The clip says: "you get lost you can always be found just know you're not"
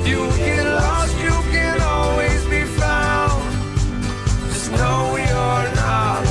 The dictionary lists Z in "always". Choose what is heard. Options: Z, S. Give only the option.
Z